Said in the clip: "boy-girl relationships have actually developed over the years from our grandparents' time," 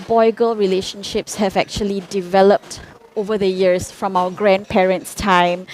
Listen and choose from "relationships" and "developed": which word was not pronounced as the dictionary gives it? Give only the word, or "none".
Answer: none